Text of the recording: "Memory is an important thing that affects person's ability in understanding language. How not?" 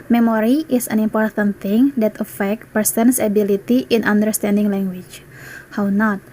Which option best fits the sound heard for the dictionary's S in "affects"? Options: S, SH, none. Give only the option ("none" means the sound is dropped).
none